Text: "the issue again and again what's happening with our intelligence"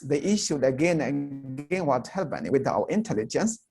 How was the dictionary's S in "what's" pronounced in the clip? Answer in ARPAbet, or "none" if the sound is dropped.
none